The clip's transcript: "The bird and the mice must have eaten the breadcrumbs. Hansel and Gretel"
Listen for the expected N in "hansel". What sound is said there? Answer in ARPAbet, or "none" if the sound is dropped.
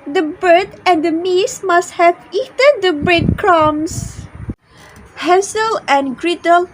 none